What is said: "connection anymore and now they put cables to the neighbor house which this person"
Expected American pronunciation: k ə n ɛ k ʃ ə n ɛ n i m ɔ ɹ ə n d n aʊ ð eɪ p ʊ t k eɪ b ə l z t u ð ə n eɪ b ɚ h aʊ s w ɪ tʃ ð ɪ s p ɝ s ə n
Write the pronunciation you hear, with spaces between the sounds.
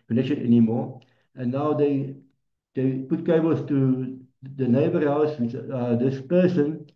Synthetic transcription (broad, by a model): k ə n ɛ k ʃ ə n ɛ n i m ɔ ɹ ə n n aʊ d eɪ p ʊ t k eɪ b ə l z t u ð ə n eɪ b ɚ h aʊ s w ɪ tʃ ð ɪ s p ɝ s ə n